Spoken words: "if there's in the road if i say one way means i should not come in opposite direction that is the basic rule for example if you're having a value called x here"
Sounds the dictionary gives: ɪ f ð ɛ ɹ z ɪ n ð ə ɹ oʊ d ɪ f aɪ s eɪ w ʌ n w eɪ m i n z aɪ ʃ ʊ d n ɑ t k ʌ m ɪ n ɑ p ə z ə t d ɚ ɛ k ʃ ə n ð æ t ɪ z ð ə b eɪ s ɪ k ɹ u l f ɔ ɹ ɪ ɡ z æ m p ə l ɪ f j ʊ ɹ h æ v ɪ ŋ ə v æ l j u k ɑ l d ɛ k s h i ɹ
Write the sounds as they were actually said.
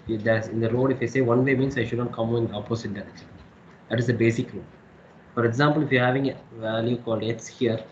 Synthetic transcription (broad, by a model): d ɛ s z ɪ n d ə ɹ oʊ d ɪ f aɪ s eɪ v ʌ n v eɪ m i n s aɪ ʃ ʊ d n ɑ t k ʌ m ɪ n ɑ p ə s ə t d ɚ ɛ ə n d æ t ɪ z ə b eɪ s ɪ k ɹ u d f ɔ ɹ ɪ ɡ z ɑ m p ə l ɪ f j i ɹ h æ v ɪ ŋ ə v æ l j u k ɑ l d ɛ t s h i ɹ